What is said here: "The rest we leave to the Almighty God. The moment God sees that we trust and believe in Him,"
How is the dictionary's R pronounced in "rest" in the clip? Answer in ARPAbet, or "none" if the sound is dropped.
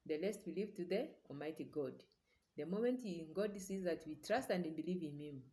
L